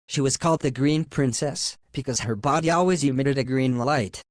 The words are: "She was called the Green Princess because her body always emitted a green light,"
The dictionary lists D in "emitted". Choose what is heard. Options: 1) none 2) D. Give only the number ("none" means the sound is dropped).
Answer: 2